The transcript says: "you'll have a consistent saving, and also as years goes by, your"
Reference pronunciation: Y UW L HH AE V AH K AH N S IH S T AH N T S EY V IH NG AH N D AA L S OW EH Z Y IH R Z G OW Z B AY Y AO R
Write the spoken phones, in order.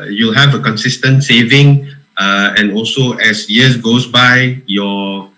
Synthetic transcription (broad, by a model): Y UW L HH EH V AH K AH N S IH S T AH N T S EY V IH NG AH N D AA L S OW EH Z Y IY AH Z G OW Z B AY Y AO